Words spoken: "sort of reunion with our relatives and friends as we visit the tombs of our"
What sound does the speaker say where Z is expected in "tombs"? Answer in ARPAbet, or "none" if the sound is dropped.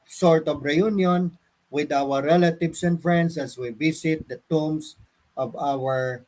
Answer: S